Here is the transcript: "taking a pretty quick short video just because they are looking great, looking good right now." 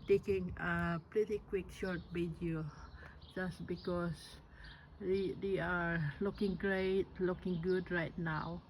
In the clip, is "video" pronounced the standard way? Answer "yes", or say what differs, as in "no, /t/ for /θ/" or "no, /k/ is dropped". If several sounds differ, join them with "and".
no, /b/ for /v/